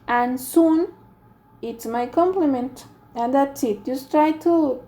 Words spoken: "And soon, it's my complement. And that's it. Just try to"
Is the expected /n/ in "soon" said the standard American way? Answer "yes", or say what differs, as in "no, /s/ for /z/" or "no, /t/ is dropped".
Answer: yes